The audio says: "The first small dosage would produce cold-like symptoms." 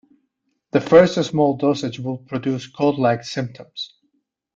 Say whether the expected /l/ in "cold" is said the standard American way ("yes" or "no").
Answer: no